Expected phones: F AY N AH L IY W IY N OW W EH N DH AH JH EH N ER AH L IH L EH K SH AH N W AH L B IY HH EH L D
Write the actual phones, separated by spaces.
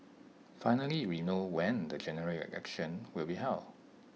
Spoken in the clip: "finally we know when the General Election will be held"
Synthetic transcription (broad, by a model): F AY N AH L IY W IY N OW W EH N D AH JH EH N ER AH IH EH K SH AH N W AH L B IY HH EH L